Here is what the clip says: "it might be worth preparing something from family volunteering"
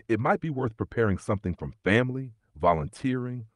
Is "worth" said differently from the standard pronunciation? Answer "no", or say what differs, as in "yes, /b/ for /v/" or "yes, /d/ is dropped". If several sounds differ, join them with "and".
no